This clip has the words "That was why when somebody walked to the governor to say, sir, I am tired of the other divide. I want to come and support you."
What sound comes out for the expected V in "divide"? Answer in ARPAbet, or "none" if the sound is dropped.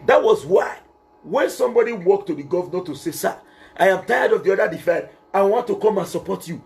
F